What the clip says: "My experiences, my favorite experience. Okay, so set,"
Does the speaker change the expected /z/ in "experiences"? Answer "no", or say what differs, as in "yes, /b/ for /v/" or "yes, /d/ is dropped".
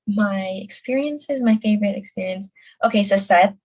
no